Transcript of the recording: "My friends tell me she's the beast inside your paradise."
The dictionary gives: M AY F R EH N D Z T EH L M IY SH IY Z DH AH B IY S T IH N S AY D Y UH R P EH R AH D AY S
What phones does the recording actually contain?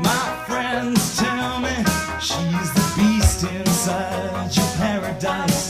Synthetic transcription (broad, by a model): M AY F R EH N D Z T EH L M IY SH IY Z DH AH B IY S T IH N S AY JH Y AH R P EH R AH D AY S